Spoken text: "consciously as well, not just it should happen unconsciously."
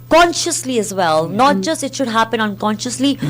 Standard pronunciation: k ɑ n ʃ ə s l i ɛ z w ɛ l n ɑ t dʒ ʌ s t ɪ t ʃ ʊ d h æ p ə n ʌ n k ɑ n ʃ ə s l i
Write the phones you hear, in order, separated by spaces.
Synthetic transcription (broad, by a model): k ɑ n ʃ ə s l i ɛ z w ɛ l n ɑ t dʒ ʌ s t ɪ t ʃ ʊ d h æ p ə n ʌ n k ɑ n ʃ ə s l i